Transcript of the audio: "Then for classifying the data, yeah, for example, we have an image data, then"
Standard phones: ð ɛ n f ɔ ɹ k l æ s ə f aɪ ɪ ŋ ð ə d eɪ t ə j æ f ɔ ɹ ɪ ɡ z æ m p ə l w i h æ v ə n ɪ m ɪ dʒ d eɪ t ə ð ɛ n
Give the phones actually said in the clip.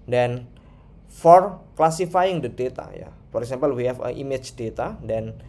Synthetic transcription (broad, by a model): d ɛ n f ɔ ɹ k l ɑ s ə f aɪ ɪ ŋ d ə d eɪ t ə j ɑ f ɔ ɹ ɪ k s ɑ m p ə l w i h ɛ f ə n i m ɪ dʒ d eɪ t ə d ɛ n